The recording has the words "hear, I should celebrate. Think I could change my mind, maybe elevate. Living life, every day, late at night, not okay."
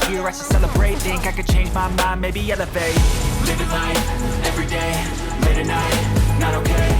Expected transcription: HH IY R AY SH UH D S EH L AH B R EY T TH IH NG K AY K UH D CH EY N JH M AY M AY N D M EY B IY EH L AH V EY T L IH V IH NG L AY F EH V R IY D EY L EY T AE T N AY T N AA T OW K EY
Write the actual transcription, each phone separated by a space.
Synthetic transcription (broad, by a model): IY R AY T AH S EH L AH B R EY T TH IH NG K AY K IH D CH EY N JH M AY M AY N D M EY B IY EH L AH F EY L IH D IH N AY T EH V R IY D EY L EY T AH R N AY T N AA T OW K EY